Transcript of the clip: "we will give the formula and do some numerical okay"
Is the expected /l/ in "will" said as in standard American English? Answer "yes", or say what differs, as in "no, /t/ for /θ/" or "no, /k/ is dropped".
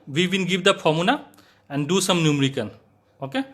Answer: no, /n/ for /l/